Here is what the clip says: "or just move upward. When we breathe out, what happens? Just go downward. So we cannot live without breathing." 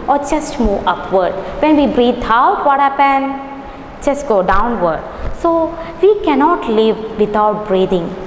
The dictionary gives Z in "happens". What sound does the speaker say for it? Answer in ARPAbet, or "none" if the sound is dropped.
none